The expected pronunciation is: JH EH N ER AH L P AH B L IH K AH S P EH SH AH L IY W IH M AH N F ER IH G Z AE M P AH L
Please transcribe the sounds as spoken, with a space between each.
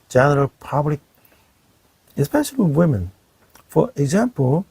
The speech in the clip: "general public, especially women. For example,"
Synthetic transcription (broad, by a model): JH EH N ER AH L P AH B L IH K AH S P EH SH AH W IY W IH M AH N F ER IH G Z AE M P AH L